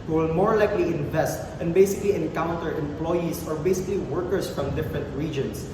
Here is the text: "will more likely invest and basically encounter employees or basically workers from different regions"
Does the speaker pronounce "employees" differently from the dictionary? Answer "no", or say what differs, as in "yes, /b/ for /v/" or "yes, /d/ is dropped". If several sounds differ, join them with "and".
yes, /s/ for /z/